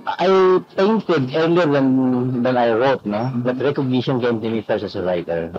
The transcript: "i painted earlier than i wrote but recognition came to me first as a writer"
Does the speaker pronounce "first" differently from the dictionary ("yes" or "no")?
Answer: yes